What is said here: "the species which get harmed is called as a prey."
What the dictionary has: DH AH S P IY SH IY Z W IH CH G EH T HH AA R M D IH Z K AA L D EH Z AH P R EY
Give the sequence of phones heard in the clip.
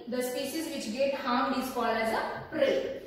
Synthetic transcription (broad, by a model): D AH S P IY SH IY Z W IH CH G EH T HH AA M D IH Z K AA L AH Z AH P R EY